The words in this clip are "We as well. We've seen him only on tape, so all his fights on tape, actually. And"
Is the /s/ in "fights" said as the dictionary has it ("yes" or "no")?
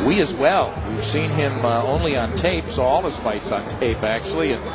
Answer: yes